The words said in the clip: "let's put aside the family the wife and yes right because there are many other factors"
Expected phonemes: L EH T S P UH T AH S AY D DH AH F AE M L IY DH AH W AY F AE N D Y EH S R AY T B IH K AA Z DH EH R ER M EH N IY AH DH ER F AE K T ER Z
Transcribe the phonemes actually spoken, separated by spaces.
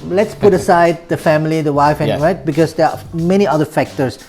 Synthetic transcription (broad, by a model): L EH T S P UH T AH S AY D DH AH F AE M L IY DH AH W AY F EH R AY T B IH K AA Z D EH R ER M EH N IY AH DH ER F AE K T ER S